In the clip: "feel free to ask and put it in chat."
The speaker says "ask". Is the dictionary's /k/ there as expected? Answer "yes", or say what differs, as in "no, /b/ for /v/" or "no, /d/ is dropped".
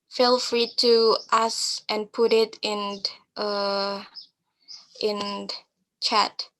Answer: no, /k/ is dropped